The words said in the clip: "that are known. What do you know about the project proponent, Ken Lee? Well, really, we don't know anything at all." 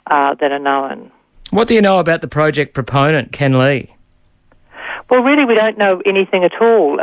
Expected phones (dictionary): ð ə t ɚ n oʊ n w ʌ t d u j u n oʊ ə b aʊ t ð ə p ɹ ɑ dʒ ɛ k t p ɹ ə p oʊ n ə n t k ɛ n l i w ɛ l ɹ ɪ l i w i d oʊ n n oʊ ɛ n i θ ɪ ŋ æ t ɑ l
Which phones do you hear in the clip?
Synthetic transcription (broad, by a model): ð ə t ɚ n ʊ n w ʌ t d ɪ j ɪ n oʊ ə b aʊ t ð ə p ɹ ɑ dʒ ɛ k p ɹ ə p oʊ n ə n k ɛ n l i w ɛ l ɹ ɪ l i w i d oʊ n n oʊ ɛ n i θ ɪ ŋ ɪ t ɑ l